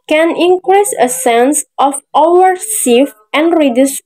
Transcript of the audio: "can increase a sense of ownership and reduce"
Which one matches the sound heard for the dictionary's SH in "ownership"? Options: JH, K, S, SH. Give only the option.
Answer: S